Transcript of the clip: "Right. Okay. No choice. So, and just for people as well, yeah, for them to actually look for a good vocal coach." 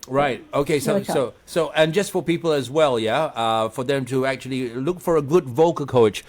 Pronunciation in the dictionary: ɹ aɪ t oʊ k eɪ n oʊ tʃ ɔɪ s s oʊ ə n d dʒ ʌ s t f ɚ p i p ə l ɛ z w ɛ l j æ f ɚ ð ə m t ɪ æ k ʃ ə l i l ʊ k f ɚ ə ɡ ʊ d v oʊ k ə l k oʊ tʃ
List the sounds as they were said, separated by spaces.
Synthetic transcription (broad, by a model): ɹ aɪ t oʊ k eɪ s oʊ s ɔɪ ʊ s oʊ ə n dʒ ʌ s t f ɚ p i p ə l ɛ z w ɛ l j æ f ɚ ð ə m t ɪ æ k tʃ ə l i l ʊ k f ɚ ə ɡ ʊ d v oʊ k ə k oʊ tʃ